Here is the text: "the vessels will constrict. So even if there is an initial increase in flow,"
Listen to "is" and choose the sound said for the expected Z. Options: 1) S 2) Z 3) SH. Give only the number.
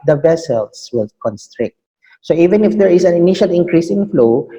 1